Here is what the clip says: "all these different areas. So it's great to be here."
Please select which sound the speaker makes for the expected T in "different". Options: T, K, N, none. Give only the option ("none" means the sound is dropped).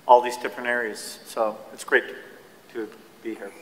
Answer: none